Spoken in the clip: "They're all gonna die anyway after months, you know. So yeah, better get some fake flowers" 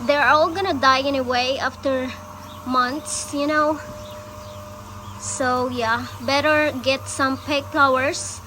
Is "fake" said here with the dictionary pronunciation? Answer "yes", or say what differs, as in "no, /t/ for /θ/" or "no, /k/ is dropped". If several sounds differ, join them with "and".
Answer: no, /p/ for /f/